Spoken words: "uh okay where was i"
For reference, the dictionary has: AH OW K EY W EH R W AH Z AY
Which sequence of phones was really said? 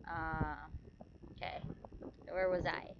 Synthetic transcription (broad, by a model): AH OW K EY W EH R W AH Z AY